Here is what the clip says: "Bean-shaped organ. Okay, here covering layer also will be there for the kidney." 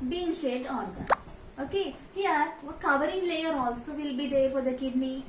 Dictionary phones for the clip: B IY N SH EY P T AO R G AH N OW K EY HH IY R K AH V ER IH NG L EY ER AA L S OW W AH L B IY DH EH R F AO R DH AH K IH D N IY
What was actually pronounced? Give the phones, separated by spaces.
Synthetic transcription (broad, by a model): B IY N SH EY T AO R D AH OW K EY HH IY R K AH V ER IH NG L EY ER AA L S OW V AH L B IY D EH R F AO R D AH K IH D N IY